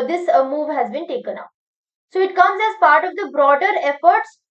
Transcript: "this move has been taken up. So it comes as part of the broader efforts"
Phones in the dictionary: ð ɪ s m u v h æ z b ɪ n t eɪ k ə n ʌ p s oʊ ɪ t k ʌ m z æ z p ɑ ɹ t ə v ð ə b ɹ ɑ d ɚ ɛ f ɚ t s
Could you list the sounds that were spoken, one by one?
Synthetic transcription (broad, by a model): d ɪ s m u v h æ z b ɪ n t eɪ k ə n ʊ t s oʊ ɪ t k ʌ m z æ z p ɑ ɹ t ə v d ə b ɹ ɑ d ɚ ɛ f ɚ t s